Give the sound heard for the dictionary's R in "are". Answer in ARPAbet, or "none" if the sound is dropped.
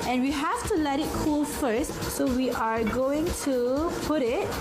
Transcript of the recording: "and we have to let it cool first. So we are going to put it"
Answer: R